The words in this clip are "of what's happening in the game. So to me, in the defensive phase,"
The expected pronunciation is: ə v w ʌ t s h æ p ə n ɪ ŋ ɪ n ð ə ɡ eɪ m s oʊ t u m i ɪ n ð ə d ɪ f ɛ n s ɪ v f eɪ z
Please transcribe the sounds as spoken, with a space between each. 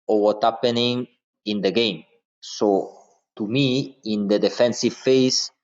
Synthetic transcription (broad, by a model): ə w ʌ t h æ p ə n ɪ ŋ ɪ n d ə ɡ eɪ m s oʊ t u m i ɪ n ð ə d ɪ f ɛ n s ɪ v f eɪ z